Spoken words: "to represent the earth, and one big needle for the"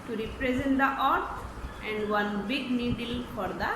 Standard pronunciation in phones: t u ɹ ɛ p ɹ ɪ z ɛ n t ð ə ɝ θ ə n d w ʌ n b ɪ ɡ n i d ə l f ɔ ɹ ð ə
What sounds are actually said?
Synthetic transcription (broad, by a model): t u ɹ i p ɹ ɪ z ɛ n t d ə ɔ t ə n d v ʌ n b ɪ ɡ n i d ə l f ɔ ɹ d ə